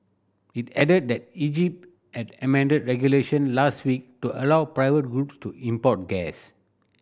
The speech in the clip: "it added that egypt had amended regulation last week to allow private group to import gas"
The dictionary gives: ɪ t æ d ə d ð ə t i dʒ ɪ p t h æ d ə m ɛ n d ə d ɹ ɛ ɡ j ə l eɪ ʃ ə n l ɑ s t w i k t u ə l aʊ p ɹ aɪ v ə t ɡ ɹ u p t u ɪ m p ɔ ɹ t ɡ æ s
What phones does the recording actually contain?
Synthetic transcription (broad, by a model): ɪ t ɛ d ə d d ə t i dʒ ɪ p t h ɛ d ə m ɛ n d ə d ɹ ɛ ɡ j ə l eɪ ʃ ə n l ɑ s t w i k t u ə l aʊ p ɹ aɪ v ə t ɡ ɹ u p t u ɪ m p ɔ t ɡ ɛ s